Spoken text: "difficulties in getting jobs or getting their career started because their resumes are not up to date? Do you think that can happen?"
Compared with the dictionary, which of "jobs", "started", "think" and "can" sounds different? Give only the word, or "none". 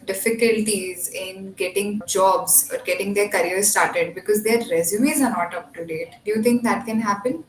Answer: think